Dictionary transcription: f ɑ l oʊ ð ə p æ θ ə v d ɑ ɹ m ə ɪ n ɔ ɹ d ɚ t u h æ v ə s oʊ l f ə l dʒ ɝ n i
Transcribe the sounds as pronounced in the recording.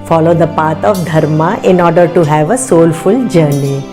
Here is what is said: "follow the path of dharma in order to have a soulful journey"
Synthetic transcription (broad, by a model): f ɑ l oʊ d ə p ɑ t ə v d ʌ ɹ m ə ɪ n ɔ ɹ d ɚ t u h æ v ə s oʊ l f ə l dʒ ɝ n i